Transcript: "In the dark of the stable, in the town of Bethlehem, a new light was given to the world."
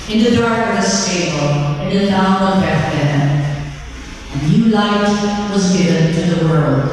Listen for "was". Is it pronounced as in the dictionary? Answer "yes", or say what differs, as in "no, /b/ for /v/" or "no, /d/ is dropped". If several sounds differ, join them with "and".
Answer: yes